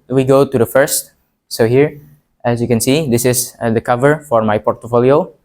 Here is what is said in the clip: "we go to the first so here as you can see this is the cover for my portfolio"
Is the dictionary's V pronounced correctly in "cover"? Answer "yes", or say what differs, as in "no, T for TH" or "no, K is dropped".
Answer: yes